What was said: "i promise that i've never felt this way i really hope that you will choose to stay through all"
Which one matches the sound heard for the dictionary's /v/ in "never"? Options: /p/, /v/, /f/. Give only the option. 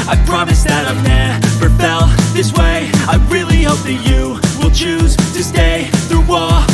/f/